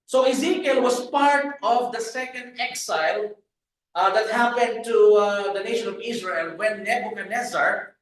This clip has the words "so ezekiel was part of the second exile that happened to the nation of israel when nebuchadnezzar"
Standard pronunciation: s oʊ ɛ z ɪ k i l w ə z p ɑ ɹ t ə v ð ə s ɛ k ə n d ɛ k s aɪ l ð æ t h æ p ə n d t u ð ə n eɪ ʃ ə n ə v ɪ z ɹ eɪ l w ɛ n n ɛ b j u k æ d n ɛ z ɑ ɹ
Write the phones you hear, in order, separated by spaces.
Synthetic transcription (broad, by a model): s oʊ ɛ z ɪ k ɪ l w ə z p ɑ ɹ t ə v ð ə s ɛ k ə n d ɛ k s aɪ l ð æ t h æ p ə n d t u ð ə n eɪ ʃ ə n ə v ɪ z ɹ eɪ l w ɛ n n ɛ b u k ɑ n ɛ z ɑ ɹ